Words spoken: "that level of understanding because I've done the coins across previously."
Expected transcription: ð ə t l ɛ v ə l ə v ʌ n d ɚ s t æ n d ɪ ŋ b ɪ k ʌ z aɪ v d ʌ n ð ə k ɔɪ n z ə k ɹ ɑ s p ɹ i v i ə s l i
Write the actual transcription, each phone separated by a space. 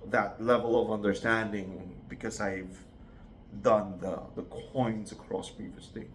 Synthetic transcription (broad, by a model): ð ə t l ɛ v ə l ə v ʌ n d ɚ s t æ n d ɪ ŋ b ɪ k ʌ z aɪ v d ʌ n ð ə k ɔɪ n z ə k ɹ ɑ s p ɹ i v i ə s l i